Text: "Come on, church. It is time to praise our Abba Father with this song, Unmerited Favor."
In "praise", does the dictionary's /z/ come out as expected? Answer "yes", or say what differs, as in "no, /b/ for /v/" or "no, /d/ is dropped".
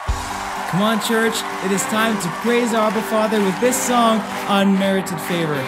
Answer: yes